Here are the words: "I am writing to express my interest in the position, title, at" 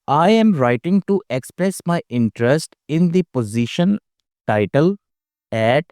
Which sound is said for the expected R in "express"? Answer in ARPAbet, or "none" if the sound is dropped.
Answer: R